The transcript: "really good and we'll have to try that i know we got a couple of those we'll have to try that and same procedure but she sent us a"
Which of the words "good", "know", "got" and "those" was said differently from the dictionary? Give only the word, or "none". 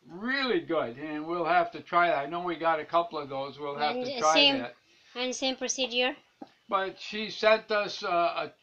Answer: none